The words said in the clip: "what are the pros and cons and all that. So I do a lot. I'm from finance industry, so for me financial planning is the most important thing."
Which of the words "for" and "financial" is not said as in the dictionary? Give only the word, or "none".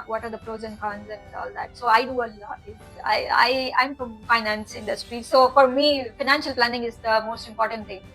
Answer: none